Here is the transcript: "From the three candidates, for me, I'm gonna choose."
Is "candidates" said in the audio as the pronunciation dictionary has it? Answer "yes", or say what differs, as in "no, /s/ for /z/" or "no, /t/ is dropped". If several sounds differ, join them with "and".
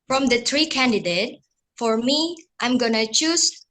no, /s/ is dropped